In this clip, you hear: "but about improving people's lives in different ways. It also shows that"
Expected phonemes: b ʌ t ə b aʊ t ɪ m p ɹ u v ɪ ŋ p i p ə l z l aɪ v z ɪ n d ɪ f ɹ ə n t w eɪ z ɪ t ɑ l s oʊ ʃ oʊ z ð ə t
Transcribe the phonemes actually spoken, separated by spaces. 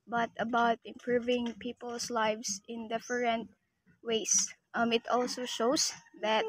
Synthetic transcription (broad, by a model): b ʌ t ə b aʊ t ɪ m p ɹ u v ɪ ŋ p i p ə l s l aɪ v s ɪ n d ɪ f ɹ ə n t w eɪ s ɪ t ɑ l s oʊ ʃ oʊ s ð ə t